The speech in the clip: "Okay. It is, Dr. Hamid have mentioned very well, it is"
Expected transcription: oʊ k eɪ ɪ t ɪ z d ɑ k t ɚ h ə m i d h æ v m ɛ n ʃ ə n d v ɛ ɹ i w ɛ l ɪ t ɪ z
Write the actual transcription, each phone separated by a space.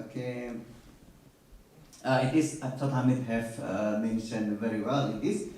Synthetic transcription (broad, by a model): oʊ k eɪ ɪ t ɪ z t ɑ t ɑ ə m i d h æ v m ɛ n ʃ ə n d v ɛ ɹ i w ɛ l ɪ t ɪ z